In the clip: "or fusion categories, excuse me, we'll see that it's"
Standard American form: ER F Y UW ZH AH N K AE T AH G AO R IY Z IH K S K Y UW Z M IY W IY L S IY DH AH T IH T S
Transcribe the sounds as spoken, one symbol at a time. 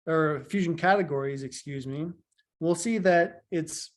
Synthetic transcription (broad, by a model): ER F Y UW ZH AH N K AE T AH G AO R IY Z IH K S K Y UW Z M IY W IY L S IY DH AH T IH T S